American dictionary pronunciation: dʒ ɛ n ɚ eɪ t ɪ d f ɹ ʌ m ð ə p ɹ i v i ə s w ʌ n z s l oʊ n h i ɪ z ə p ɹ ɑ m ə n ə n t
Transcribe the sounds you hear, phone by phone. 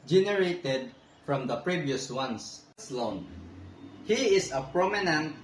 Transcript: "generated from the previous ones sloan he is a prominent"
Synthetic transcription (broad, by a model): dʒ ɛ n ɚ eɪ t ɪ d f ɹ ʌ m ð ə p ɹ i v i ə s w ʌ n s s l oʊ n h i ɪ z ə p ɹ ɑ m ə n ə n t